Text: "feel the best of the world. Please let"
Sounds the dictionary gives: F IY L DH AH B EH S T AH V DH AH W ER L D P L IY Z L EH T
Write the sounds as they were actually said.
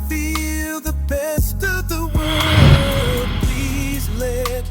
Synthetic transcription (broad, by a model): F IY L DH AH B EH S T AH V DH AH W ER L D P L IY Z L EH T